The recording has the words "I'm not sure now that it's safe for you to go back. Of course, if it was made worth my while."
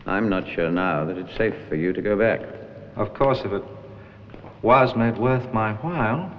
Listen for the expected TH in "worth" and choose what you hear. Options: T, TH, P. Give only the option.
TH